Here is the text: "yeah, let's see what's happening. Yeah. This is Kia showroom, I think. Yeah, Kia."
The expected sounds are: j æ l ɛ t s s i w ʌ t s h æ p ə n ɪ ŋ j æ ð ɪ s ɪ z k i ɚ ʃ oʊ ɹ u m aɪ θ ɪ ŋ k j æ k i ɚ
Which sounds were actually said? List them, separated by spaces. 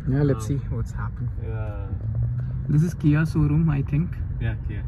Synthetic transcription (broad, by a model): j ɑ l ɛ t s s i w ʌ t s h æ p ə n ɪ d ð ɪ s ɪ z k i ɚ s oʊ ɹ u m aɪ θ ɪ ŋ k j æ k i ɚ